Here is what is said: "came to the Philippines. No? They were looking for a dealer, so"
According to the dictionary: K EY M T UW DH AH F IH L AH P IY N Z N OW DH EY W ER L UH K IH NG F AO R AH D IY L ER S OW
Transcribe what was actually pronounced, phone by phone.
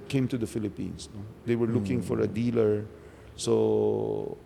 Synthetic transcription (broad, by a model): K EY M T UW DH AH F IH L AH P IY N S N OW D EY W ER L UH K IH NG F AO R AH D IY L ER S OW